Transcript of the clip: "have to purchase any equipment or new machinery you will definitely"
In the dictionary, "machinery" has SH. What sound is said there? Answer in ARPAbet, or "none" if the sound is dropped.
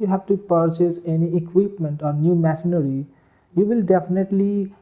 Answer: S